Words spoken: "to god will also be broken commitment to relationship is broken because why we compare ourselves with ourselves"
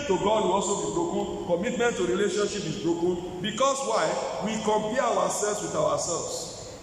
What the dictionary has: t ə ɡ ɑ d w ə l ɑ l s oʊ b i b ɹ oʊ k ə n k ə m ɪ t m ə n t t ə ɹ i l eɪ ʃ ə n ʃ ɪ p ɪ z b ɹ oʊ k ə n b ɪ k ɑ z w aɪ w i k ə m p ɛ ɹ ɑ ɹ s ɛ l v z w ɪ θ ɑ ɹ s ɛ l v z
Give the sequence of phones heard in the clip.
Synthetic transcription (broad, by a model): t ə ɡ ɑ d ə ɑ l s oʊ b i b ɹ oʊ k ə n k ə m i t m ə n t t ə ɹ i l eɪ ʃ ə n ʃ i p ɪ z b ɹ oʊ k ə n b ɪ k ɑ s w aɪ w i k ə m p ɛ w ɑ s ɛ l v s w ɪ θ ɑ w s ɛ l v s